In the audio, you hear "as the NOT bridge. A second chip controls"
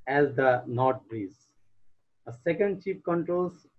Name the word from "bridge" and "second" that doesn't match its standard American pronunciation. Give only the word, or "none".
bridge